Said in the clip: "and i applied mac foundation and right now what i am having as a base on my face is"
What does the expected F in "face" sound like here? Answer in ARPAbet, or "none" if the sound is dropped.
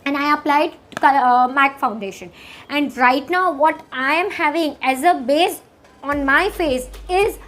F